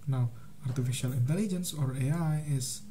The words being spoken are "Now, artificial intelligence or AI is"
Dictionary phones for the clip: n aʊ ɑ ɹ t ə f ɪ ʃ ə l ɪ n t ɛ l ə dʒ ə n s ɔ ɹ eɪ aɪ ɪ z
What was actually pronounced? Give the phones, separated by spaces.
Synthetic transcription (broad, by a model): n aʊ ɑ ɹ t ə f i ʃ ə l ɪ n t ɛ l ə dʒ ə n s ɔ ɹ eɪ aɪ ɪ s